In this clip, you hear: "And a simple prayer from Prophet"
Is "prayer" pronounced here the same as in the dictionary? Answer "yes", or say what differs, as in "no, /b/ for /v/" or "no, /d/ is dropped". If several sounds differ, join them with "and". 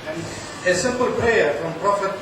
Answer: no, /ɹ/ is dropped